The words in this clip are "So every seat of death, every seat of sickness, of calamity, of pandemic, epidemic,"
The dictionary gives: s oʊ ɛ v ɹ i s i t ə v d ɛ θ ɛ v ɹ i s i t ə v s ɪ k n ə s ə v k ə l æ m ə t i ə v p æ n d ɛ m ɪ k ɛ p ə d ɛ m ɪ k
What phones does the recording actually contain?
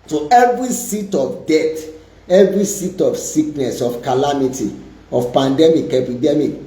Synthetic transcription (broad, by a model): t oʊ ɛ v ɹ i s i t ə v d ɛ t ɛ v ɹ i s i t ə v s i k n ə s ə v k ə l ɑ m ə t i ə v p æ n d ɛ m ɪ k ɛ p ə d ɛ m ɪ k